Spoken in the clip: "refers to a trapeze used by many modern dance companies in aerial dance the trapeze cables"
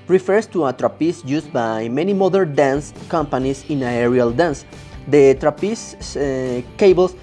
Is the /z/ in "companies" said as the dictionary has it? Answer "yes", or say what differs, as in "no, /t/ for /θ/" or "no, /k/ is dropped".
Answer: no, /s/ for /z/